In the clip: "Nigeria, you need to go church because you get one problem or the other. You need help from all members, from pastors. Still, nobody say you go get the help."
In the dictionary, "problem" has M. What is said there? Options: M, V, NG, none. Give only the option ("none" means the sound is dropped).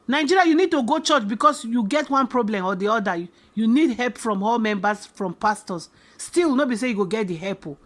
M